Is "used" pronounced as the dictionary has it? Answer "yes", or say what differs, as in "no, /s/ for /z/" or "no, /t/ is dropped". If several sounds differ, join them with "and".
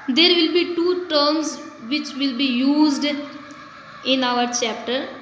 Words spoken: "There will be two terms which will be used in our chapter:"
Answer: yes